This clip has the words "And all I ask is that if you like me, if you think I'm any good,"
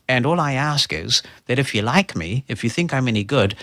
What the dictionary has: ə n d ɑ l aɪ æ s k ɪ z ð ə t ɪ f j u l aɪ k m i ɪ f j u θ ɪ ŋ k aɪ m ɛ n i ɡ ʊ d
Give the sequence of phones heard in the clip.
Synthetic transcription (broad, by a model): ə n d ɑ l aɪ æ s k ɪ z ð ə t ɪ f j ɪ l aɪ k m i ɪ f j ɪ θ ɪ ŋ k aɪ m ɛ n i ɡ ʊ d